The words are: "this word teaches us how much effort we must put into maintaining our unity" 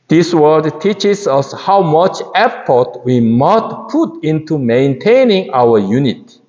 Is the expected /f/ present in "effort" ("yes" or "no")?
no